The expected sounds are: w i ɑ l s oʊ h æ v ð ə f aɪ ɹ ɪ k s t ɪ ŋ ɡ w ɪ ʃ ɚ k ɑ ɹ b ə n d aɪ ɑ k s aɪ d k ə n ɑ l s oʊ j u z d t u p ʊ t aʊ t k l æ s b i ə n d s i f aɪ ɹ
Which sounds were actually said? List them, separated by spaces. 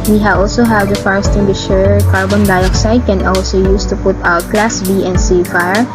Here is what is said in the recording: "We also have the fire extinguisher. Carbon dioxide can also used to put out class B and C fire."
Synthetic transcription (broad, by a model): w i ɑ l s oʊ h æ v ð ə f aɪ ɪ s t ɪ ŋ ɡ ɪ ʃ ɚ k ɑ ɹ b ə n d aɪ ɑ k s aɪ d k ə n ɑ l s oʊ j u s t u p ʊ t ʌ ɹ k l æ s b i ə n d s i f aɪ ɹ